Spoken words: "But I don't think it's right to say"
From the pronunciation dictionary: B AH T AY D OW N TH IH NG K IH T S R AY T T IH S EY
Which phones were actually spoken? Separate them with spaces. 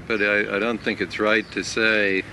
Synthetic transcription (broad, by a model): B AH T AY D OW N TH IH NG K IH T S R AY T T IH S EY